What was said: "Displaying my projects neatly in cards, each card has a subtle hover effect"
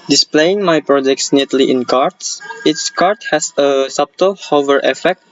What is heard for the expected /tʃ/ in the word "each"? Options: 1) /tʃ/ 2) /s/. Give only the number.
2